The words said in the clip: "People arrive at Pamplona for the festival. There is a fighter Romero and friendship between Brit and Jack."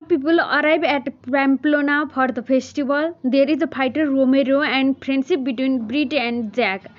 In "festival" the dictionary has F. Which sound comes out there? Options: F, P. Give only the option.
P